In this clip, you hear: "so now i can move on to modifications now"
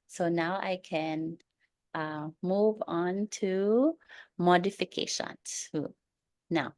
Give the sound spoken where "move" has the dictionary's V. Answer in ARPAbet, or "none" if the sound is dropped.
V